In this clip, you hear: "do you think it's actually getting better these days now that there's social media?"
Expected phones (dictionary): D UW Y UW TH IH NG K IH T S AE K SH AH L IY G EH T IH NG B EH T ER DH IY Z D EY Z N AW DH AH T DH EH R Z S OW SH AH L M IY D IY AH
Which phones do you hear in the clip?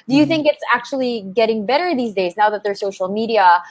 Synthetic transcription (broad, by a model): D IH Y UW TH IH NG K IH T S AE K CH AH L IY G EH T IH NG B EH T ER DH IY Z D EY Z N AW DH AH T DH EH R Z S OW SH L M IY D IY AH